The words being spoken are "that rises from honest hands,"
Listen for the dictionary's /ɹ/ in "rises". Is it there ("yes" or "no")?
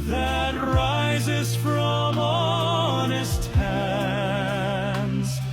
yes